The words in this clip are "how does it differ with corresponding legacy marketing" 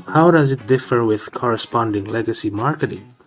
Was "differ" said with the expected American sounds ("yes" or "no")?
yes